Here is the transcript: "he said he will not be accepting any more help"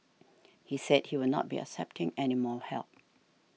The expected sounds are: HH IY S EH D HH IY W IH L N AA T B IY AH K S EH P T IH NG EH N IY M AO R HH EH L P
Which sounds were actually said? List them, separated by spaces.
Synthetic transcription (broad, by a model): HH IY S EH D HH IY W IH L N AA T B IY AH K S EH P T IH NG EH N IY M AO L HH EH L P